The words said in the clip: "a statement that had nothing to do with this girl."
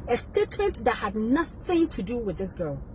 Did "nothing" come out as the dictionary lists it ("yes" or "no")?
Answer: yes